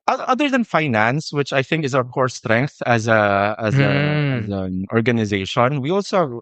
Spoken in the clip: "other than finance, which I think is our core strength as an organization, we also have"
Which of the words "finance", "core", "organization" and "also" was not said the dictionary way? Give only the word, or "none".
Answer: none